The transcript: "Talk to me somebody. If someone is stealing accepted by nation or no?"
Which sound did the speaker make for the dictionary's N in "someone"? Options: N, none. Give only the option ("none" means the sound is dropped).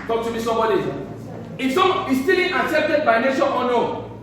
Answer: none